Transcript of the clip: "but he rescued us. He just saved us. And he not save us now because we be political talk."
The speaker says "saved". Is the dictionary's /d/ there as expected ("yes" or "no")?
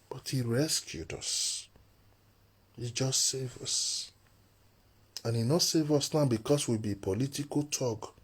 no